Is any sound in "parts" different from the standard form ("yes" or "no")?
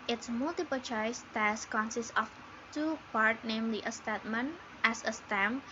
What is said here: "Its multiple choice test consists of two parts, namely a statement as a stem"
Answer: yes